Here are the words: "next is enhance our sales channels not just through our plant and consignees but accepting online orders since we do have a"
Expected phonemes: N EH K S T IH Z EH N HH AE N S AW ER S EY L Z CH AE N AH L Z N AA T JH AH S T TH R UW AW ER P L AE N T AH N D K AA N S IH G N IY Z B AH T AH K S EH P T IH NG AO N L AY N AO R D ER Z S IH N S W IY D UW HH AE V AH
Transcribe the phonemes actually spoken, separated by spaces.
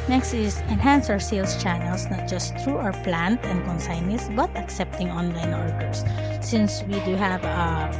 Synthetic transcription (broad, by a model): N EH K S T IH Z EH N HH AE N S AW ER S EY L S CH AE N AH L S N AA T JH AH S T R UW AW ER P L AE N T AH N D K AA N S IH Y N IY S B AH T AH K S EH P T IH NG AO N L AY N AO R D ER S IH N S W IY D UW HH AE V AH